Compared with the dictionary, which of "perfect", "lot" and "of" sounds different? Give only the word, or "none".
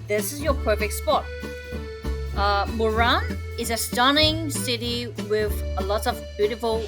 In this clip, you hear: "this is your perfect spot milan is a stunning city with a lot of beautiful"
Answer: none